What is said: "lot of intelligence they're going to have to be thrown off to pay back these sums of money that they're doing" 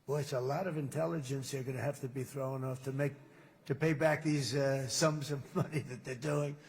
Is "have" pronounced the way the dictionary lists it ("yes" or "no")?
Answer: no